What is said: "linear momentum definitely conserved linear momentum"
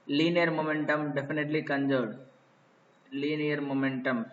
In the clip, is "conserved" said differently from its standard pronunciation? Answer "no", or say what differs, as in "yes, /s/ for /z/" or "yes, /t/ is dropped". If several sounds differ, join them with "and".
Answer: yes, /v/ is dropped